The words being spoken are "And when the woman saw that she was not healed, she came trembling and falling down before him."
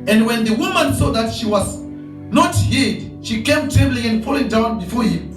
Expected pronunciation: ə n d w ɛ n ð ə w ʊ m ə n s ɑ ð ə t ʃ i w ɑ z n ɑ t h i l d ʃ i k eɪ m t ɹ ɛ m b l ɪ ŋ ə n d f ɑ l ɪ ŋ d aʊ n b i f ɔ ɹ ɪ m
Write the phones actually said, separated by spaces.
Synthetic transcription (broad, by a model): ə n d w ɛ n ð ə w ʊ m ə n s ɑ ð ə t ʃ i w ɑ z n ɑ t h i d ʃ i k eɪ m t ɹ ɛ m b l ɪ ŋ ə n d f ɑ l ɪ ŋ d aʊ n b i f ɔ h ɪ m